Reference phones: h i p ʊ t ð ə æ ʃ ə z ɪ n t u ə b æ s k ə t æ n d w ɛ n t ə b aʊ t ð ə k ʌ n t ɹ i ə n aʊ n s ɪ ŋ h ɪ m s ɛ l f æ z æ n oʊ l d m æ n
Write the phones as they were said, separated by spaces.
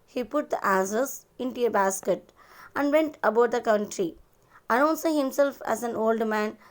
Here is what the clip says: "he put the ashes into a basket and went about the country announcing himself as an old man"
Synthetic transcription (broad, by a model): h i p ʊ t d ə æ s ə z ɪ n t u ə b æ s k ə t æ n d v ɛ n t ə b aʊ t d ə k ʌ n t ɹ i ə n aʊ n s ɪ ŋ h ɪ m s ɛ l f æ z æ n oʊ l d m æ n